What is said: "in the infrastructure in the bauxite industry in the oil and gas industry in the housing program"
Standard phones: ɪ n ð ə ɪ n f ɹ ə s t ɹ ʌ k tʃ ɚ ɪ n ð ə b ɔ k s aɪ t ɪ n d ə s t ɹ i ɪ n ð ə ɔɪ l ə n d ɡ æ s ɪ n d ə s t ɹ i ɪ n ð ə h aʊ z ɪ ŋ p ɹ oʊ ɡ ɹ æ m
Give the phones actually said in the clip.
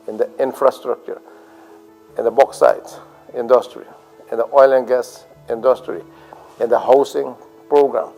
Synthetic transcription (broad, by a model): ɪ n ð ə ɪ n f ɹ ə s t ɹ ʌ k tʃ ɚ ɪ n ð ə b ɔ k s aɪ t ɪ n d ə s t ɹ i ɪ n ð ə ɔɪ l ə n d ɡ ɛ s ɪ n d ə s t ɹ i ɪ n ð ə h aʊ s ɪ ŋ p ɹ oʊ ɡ ɹ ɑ m